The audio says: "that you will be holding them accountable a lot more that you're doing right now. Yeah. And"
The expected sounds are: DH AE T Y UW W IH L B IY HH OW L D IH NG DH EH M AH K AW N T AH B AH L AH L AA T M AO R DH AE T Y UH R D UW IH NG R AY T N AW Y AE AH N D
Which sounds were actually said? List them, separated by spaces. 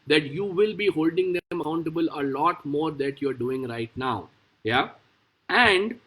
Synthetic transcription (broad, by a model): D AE T Y UW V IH L B IY HH OW L D IH NG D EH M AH UH N T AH B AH L AH L AA T M AO R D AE T Y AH R D UW IH NG R AY T N AW Y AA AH N D